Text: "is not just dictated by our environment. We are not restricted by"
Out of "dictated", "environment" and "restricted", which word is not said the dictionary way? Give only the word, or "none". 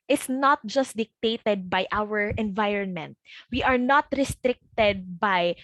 none